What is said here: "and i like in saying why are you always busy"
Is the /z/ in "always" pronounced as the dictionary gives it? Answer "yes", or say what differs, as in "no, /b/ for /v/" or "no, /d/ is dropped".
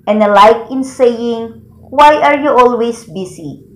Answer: no, /s/ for /z/